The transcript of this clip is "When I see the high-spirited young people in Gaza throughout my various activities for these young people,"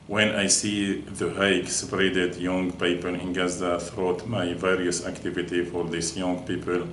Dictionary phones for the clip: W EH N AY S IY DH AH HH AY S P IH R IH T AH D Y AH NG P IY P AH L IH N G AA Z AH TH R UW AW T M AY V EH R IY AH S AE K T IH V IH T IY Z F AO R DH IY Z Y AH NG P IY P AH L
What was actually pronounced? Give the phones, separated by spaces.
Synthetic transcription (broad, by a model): W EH N AY S IY DH AH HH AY S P R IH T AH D Y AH NG P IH P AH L IH N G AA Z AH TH R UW T M AY V EH R IY AH S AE K T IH V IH T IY F AO R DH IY S Y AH NG P IY P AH L